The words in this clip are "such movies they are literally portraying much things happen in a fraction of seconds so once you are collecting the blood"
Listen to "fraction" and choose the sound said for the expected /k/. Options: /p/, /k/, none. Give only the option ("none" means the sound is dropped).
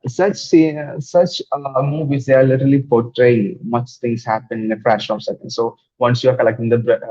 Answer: none